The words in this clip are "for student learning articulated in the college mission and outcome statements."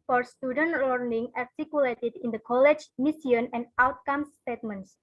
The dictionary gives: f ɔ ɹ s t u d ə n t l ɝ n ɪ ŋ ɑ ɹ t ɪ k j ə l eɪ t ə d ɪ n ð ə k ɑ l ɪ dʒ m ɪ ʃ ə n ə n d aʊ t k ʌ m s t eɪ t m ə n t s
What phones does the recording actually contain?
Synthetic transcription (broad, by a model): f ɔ ɹ s t u d ə n t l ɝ n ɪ ŋ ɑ ɹ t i k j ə l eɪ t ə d ɪ n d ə k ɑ l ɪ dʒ m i s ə n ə n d aʊ t k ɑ m s t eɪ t m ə n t s